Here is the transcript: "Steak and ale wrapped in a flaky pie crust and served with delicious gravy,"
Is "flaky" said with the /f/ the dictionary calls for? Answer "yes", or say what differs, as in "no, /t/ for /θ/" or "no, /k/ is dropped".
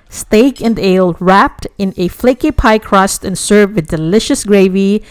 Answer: yes